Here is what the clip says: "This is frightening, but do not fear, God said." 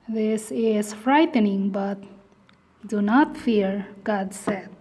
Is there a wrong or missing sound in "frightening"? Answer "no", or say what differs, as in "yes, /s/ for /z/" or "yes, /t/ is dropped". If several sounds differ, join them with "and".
no